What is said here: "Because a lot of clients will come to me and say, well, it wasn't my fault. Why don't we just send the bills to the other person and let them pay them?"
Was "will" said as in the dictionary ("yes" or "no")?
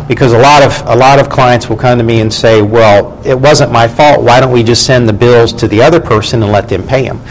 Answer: yes